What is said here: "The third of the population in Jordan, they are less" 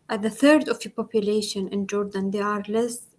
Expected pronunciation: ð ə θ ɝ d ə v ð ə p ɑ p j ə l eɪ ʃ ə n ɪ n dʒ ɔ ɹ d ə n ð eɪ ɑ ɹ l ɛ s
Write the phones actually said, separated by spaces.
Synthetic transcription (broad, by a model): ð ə θ ɝ d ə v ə p ɑ p j ə l eɪ ʃ ə n ɪ n dʒ ɔ ɹ d ə n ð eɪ ɑ ɹ l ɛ s